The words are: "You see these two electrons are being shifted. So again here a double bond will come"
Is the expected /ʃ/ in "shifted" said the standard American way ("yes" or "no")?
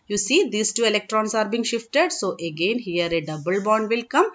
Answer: yes